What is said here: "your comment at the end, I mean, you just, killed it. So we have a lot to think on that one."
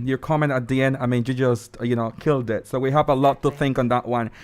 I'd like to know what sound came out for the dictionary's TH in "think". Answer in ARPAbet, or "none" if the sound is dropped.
TH